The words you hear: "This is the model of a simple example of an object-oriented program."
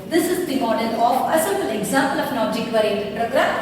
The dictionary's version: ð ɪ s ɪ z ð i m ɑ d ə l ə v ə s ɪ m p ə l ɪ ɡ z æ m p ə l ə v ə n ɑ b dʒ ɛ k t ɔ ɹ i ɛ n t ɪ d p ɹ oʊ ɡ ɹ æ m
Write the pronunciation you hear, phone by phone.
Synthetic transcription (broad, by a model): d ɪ s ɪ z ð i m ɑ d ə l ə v ə s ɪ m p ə l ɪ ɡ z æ m p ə l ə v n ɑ dʒ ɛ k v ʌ ɹ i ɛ t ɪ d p ɹ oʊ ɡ ɹ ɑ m